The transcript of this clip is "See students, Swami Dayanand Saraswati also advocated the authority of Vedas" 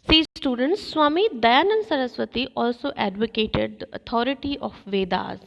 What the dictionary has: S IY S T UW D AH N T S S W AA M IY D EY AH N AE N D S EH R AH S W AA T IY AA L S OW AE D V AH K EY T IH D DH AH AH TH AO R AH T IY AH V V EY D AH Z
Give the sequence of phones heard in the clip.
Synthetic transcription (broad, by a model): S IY S T UW D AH N T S S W AA M IY D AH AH N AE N S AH R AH S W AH T IY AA L S OW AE D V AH K EY T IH D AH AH T AO R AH T IY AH F V EY D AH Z